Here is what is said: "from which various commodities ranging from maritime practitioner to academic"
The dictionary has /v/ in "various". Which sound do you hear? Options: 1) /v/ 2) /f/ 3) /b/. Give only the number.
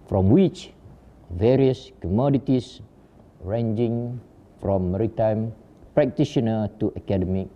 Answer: 1